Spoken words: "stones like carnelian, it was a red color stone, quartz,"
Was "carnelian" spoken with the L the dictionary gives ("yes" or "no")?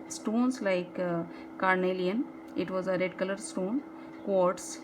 yes